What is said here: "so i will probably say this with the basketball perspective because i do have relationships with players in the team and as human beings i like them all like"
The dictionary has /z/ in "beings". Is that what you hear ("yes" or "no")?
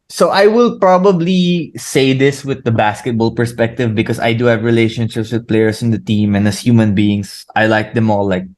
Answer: no